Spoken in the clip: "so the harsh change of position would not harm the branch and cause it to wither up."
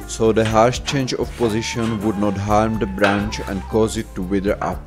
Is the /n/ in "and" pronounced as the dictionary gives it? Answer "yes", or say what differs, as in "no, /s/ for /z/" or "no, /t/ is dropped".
yes